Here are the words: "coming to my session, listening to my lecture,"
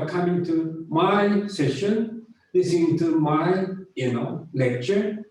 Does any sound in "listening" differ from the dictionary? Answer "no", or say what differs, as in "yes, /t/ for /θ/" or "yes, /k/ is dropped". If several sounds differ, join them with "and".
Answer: yes, /n/ is dropped